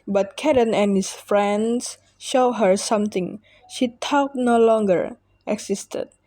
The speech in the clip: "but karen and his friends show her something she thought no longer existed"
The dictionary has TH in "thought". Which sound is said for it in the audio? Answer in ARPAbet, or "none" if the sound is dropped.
T